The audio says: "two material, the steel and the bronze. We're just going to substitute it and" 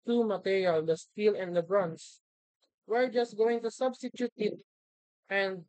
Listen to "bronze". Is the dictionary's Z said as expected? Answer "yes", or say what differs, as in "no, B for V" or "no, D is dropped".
no, S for Z